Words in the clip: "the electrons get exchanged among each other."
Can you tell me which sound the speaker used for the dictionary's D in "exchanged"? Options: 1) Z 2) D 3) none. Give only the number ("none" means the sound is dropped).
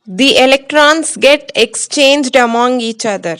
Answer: 2